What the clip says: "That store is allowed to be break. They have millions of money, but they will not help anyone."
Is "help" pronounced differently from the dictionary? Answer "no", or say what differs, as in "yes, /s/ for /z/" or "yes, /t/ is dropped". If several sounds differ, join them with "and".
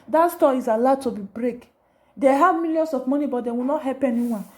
yes, /l/ is dropped